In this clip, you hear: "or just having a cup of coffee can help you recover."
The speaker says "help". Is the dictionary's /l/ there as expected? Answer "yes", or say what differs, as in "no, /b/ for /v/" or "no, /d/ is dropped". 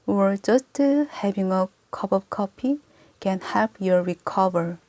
no, /l/ is dropped